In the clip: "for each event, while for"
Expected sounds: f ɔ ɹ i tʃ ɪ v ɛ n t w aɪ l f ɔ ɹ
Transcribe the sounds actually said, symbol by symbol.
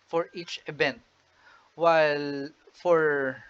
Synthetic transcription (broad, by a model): f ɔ ɹ i tʃ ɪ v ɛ n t w aɪ l f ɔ ɹ